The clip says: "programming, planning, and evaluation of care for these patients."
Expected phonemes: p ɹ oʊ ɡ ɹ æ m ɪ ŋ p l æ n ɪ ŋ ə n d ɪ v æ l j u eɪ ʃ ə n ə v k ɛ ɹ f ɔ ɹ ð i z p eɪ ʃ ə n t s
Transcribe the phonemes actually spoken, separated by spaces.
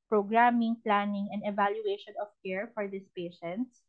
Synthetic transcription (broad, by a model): p ɹ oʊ ɡ ɹ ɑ m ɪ ŋ p l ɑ n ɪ ŋ ə n d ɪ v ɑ l j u eɪ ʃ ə n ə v k ɛ ɹ f ɔ ɹ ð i s p eɪ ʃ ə n t s